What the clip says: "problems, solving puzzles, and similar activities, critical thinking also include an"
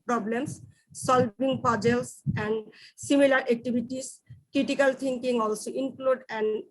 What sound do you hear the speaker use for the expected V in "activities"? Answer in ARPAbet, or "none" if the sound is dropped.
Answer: B